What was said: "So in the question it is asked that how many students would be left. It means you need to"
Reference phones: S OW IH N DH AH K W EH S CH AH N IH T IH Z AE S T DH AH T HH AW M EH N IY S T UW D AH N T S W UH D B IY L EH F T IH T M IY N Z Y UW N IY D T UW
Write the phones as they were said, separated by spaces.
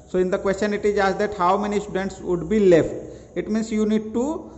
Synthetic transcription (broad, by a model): S OW IH N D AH K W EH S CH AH N IH T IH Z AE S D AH T HH AW M EH N IY S T UW D AH N T S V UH D B IY L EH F T IH T M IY N S Y UW N IY D T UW